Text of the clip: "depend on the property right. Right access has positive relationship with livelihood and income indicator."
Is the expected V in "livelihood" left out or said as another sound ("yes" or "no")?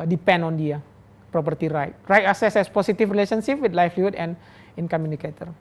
yes